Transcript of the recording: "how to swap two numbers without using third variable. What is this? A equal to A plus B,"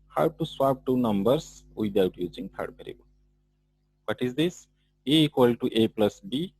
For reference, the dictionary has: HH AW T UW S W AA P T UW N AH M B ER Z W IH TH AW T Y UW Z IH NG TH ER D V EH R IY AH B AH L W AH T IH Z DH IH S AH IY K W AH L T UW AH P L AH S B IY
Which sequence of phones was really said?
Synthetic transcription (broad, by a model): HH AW T UW S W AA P T UW N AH M B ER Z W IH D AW T Y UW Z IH NG T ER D B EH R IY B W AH T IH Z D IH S AH IY K W AH L T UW AH P L AH S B IY